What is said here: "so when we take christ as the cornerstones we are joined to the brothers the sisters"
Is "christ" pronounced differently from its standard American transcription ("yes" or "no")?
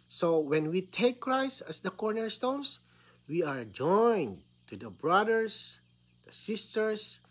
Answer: yes